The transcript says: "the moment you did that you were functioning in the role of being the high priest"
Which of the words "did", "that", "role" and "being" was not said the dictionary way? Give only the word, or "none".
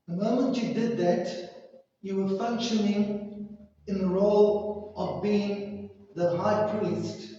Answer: none